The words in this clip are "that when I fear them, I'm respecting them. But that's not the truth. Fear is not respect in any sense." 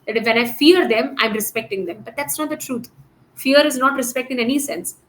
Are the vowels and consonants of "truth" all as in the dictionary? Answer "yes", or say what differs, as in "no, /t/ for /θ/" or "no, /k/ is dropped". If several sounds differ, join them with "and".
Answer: no, /t/ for /θ/